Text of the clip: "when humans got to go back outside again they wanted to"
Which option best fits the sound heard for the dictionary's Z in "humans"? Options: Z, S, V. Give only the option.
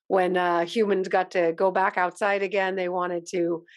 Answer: Z